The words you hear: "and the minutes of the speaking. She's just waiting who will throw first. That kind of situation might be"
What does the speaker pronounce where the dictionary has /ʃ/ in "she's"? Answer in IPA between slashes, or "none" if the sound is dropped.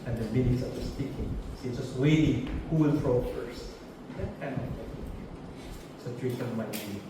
/s/